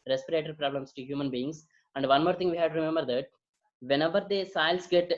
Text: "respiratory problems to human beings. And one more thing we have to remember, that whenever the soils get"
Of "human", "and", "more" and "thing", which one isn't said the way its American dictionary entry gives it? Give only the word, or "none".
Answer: thing